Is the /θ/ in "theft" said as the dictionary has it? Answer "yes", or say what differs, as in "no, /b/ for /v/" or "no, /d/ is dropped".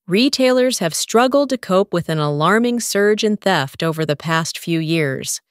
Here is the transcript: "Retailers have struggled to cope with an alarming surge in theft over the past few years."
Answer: yes